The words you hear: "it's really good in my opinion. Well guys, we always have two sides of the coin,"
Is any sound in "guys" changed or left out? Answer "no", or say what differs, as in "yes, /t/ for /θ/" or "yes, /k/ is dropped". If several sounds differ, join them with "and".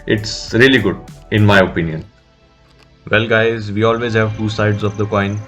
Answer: no